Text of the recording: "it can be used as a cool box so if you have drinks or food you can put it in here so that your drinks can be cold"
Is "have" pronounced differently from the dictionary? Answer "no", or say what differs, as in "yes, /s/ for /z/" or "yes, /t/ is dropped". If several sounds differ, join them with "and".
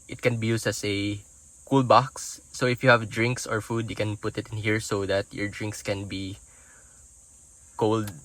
no